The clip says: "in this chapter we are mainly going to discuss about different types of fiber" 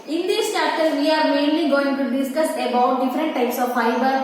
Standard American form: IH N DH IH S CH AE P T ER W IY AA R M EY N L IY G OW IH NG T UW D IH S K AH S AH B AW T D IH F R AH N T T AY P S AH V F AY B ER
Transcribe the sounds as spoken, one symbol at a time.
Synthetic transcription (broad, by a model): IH N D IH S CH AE T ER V IY AA R M EY N L IY G OW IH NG T UW D IH S K AH S AH B AW T D IH F R AH N T T AY P S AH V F AY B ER